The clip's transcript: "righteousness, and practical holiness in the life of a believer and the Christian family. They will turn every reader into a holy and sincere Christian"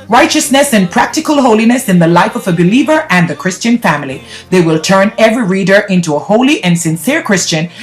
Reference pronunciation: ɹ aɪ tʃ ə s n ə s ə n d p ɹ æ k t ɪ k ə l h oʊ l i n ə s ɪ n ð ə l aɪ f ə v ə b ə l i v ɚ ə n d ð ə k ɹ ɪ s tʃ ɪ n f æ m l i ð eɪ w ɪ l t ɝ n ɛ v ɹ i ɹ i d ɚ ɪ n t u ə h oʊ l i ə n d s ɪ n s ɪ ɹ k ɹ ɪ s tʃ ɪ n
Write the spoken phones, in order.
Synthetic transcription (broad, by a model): ɹ aɪ tʃ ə s n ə s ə n p ɹ æ k t ɪ k ə l h oʊ l i n ə s ɪ n ð ə l aɪ f ə v ə b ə l i v ɚ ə n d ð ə k ɹ ɪ s tʃ ɪ n f æ m l i ð eɪ w ɪ l t ɝ n ɛ v ɹ i ɹ i d ɚ ɪ n t u ə h oʊ l i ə n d s ɪ n s ɪ ɹ k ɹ ɪ s tʃ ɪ n